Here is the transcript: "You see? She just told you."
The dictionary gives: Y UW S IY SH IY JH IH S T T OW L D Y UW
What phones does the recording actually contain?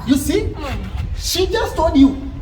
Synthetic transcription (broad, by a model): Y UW S IY SH IY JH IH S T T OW D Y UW